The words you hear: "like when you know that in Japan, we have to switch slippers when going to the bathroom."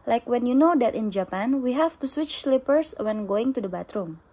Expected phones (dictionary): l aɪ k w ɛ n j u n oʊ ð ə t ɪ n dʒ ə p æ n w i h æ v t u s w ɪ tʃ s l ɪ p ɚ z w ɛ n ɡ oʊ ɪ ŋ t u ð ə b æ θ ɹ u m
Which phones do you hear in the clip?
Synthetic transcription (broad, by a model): l aɪ k w ɛ n j u n oʊ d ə t ɪ n dʒ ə p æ n w i h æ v t u s w ɪ tʃ s l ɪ p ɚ s w ɛ n ɡ oʊ ɪ ŋ t u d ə b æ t ɹ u m